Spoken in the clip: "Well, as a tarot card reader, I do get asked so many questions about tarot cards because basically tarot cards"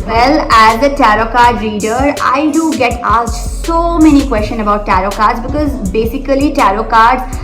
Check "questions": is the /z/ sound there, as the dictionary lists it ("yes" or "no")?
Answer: no